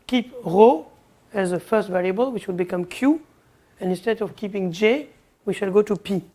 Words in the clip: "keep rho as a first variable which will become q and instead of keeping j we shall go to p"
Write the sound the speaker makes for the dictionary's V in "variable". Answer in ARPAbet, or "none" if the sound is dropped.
V